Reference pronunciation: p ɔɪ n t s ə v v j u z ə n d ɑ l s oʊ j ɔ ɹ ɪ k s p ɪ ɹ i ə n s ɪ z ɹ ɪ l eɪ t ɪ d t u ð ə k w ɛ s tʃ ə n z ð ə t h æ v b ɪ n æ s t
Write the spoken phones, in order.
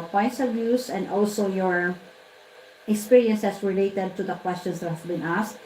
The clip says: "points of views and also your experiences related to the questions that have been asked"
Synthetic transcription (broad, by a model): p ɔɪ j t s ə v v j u s ə n d ɑ l s oʊ j ɔ ɹ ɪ k s p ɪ ɹ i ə n s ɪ s ɹ ɪ l eɪ t ɪ d t u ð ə k w ɛ s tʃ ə n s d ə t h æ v b ɪ n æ s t